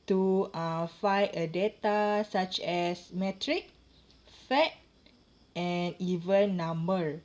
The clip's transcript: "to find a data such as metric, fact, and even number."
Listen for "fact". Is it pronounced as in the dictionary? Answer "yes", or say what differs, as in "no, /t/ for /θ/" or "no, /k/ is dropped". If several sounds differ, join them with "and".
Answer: no, /k/ is dropped